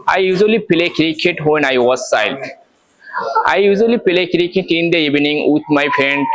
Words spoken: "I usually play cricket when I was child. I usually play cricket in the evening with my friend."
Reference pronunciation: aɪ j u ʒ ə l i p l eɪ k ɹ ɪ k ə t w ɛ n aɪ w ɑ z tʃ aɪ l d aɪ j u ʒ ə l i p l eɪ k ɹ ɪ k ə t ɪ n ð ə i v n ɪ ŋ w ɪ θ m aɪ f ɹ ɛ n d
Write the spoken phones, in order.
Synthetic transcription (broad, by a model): aɪ j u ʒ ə l i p l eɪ k ɹ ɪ k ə t w ɛ n aɪ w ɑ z s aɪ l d aɪ j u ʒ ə l i p l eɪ k ɹ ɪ k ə t ɪ n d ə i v n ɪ ŋ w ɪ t m aɪ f ɹ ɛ n d